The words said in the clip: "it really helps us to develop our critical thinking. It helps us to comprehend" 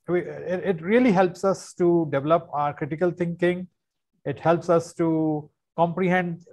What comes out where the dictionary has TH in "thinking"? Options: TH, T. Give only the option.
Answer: T